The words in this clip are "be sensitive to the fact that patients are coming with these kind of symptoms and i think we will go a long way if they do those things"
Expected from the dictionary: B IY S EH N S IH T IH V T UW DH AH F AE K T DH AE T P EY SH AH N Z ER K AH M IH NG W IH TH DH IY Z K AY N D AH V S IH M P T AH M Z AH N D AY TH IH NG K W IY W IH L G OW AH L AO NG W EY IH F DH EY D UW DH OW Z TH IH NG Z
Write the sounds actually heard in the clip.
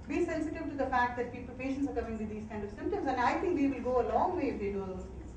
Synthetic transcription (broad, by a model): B IY S EH N S IH T IH V T UW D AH F AE K T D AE T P EY SH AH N S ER K AH M IH NG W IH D IY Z K AY N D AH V S IH M P T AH M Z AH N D AY T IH NG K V IY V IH L G OW AH L AO NG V EY IH F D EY D UW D OW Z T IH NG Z